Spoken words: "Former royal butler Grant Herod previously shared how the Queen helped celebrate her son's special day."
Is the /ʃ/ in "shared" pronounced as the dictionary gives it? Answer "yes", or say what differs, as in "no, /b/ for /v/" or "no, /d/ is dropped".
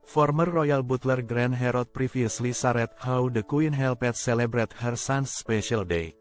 no, /s/ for /ʃ/